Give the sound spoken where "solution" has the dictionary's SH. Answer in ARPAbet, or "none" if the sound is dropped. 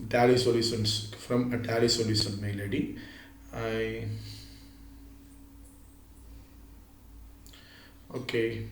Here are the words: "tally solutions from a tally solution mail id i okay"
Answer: S